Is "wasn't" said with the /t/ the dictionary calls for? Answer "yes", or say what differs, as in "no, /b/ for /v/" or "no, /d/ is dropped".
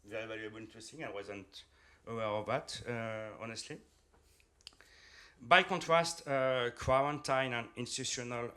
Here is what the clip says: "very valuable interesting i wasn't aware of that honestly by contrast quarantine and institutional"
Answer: yes